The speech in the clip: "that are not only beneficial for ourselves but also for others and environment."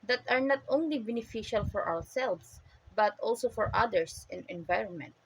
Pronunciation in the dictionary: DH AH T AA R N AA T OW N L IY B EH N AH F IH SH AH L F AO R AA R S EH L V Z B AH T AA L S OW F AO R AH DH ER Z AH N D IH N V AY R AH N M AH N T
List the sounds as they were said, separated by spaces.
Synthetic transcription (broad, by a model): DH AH T AA R N AA T OW N L IY B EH N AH F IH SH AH L F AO R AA W S EH L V S B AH T AA L S OW F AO R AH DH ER S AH N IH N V AY R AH N M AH N T